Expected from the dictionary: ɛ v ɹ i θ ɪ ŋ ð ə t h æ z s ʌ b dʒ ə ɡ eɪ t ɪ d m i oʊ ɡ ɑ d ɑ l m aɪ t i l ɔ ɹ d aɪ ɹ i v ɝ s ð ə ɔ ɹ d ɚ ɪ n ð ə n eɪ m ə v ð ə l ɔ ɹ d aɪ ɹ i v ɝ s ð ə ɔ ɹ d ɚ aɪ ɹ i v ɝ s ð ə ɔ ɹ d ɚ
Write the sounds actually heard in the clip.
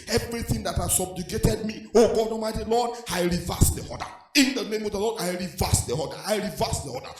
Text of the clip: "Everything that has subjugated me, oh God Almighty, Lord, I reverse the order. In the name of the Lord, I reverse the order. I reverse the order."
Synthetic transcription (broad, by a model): ɛ v ɹ i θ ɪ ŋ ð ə t h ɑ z s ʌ b dʒ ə ɡ eɪ t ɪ d m i oʊ ɡ ɑ d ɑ m aɪ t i l ɔ d aɪ ɹ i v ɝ s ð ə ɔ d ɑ ɪ n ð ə n eɪ m ə v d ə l ɔ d aɪ ɹ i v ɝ s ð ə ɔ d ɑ aɪ ɹ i v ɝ s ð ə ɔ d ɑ